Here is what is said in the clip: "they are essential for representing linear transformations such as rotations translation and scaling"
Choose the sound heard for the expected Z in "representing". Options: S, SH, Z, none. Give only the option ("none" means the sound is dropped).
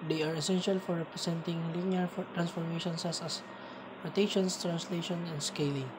S